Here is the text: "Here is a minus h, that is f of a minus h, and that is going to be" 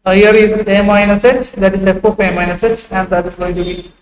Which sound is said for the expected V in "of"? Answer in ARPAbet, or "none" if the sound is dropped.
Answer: P